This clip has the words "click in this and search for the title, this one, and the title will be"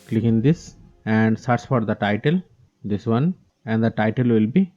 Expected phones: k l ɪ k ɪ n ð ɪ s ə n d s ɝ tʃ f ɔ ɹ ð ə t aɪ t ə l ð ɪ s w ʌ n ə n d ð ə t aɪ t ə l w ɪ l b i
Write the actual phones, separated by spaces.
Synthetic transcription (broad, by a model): k l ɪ k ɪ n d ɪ s ə n d s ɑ s f ɔ ɹ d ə t aɪ t ə l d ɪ s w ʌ n ə n d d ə t aɪ t ə l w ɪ l b i